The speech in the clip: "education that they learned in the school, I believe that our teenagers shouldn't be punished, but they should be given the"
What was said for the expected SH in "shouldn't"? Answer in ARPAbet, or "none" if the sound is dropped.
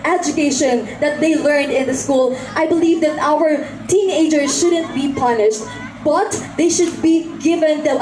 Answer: SH